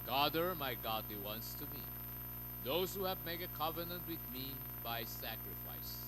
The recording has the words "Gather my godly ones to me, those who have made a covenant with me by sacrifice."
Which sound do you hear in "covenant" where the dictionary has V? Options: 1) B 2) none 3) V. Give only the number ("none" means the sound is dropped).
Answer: 3